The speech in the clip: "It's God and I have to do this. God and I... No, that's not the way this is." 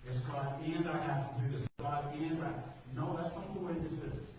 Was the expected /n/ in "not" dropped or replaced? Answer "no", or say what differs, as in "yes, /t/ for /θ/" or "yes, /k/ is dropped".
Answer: yes, /l/ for /n/